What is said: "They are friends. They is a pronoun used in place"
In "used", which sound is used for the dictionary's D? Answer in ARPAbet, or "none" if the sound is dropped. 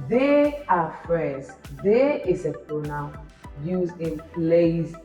none